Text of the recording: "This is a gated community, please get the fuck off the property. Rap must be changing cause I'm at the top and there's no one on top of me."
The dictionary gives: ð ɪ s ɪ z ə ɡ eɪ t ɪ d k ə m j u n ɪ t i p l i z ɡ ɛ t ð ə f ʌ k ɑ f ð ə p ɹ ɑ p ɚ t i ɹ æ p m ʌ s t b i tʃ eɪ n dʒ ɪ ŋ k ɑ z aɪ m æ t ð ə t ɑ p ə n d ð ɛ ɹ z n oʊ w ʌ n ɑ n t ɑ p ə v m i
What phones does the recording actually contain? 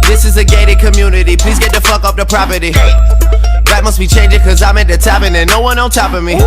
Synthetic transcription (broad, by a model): ð ɪ s ɪ z ə ɡ eɪ t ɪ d k ə m j u n ɪ t i p l i z ɡ ɛ t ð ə f ʌ k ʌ p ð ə p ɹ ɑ p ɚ t i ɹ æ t m ʌ s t b i tʃ eɪ n dʒ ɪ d k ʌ z aɪ m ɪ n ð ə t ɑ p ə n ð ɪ n oʊ w ʌ n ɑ l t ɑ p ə m i